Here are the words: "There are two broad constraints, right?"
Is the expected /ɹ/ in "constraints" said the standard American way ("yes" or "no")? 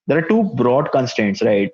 no